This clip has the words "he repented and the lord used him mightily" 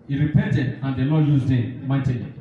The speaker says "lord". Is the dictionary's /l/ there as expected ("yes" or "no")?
no